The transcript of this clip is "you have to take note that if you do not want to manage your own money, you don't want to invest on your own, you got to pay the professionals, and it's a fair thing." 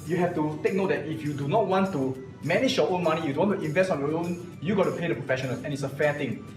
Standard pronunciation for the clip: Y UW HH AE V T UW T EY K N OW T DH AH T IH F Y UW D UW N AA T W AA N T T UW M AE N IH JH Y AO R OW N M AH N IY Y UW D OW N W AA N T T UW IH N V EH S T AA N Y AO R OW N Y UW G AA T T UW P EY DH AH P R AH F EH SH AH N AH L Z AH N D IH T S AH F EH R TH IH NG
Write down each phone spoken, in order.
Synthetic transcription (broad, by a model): Y UW HH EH F T UW T EY K N OW T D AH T IH F Y UW D UW N AA T W AA N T T UW M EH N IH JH Y AO OW N M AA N IY Y UW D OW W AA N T T UW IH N V EH S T AA N Y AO OW N Y UW G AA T T UW P EY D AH P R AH F EH SH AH N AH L AH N IH T S AH F EH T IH NG